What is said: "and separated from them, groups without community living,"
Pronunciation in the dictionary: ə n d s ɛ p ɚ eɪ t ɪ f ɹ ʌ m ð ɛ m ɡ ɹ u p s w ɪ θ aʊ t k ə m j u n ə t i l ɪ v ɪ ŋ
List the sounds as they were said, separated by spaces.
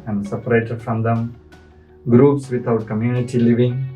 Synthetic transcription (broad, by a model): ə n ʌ s ɛ p ɚ eɪ t ɪ f ɹ ʌ m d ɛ m ɡ ɹ u p s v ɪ t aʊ t k ə m j u n ə t i l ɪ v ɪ ŋ